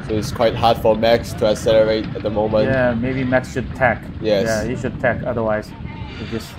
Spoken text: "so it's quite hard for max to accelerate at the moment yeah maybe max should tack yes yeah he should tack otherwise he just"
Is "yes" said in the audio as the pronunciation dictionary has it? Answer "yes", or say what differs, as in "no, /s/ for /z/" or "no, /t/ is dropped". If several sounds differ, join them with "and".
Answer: no, /s/ is dropped